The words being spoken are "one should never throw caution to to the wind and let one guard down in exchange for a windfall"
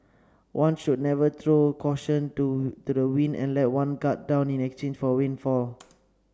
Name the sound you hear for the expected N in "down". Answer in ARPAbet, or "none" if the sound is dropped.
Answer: N